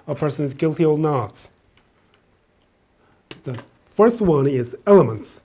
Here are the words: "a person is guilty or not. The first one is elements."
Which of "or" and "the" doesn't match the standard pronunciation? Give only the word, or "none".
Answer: or